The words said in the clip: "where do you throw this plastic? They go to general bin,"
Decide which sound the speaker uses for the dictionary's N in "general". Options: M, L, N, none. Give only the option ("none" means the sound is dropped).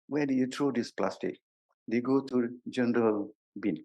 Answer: N